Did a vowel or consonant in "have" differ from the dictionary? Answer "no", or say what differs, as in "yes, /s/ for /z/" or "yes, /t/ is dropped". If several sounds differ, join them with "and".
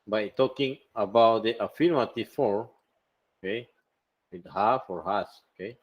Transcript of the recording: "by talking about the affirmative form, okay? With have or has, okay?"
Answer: yes, /f/ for /v/